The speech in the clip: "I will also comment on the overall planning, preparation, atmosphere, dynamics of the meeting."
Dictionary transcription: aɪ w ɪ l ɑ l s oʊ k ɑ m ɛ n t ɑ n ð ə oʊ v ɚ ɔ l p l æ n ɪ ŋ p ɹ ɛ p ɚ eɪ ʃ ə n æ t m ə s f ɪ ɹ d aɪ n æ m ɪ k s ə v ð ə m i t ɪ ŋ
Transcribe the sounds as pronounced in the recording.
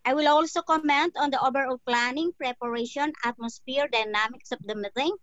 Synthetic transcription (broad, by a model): aɪ w ɪ l ɑ l s oʊ k ɑ m ɛ n t ɑ n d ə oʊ b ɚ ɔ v p l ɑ n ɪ ŋ p ɹ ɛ p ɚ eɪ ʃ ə n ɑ t m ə s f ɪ ɹ d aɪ n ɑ m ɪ k s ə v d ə m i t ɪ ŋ